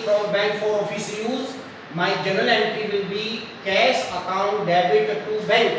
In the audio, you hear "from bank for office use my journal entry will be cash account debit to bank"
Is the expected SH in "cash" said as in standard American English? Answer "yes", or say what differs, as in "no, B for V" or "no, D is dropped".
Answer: no, S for SH